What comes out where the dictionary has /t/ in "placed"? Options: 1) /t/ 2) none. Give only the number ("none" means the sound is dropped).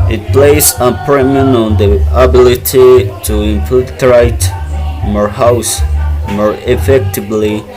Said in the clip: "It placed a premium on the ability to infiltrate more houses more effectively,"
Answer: 2